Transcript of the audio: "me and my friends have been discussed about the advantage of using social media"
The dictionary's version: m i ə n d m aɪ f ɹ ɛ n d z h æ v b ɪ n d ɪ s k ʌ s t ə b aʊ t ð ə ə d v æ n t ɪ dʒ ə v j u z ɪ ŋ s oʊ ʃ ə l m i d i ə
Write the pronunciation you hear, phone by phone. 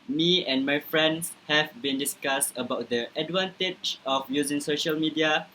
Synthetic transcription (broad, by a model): m i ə n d m aɪ f ɹ ɛ n d s h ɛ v b ɪ n d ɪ s k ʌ s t ə b aʊ t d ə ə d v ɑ n t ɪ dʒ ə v j u z ɪ ŋ s oʊ ʃ ə l m i d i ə